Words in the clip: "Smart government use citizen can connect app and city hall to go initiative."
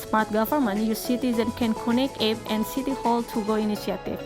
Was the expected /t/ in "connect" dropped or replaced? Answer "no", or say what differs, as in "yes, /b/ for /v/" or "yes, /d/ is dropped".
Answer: yes, /t/ is dropped